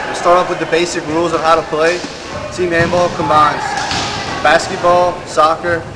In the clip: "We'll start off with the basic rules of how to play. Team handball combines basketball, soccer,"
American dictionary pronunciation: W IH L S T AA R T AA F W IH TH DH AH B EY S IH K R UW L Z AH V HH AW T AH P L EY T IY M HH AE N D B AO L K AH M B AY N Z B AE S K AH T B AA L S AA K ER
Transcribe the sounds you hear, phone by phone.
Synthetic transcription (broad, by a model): S T AA R T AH P W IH DH AH B EY S IH K R UW L Z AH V HH AW T AH P L EY T IY M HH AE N B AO L K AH M AY N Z B AE S K AH T B AA L S AA K ER